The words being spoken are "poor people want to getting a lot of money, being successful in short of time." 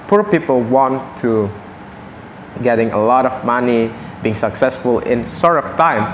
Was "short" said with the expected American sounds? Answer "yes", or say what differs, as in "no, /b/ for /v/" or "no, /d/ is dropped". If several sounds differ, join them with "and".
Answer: no, /s/ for /ʃ/